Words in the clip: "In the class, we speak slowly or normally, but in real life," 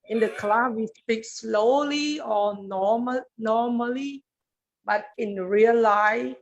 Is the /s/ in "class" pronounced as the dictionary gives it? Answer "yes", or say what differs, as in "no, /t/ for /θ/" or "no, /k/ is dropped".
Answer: no, /s/ is dropped